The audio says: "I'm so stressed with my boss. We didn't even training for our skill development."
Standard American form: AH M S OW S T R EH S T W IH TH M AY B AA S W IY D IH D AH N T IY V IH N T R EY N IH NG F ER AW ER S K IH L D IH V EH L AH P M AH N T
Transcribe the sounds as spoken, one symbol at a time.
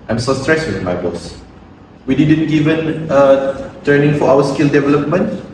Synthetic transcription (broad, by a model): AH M S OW S T R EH S W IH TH M AY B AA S W IY D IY D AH N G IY V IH N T EY N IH NG F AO AW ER S K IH L D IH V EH L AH P M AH N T